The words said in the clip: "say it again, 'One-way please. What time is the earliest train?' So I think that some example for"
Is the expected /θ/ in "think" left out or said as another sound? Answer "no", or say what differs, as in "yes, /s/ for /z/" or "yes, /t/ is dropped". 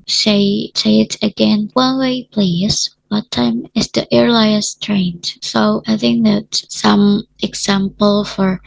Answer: no